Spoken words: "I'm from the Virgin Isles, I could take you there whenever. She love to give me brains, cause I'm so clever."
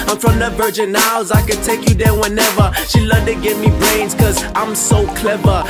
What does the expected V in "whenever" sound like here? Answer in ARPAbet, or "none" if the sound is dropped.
V